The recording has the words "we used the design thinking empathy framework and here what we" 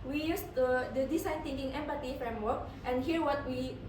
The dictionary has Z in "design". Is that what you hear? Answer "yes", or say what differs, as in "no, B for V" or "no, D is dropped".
no, S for Z